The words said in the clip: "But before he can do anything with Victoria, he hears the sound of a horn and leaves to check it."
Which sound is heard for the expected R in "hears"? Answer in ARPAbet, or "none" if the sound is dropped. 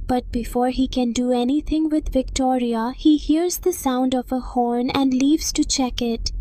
R